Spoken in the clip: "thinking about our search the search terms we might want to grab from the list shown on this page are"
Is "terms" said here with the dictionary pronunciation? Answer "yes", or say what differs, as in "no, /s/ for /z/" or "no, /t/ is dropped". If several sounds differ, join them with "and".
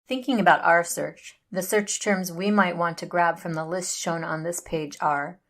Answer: yes